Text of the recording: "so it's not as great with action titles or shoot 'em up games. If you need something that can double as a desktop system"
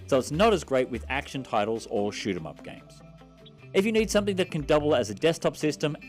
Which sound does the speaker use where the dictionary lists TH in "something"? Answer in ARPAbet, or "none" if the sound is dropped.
TH